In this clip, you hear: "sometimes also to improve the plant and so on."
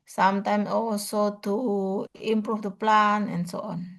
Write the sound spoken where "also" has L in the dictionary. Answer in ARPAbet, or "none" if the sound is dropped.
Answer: W